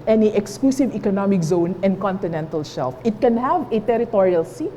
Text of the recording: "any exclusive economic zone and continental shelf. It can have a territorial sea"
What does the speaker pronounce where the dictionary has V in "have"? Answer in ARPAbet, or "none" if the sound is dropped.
V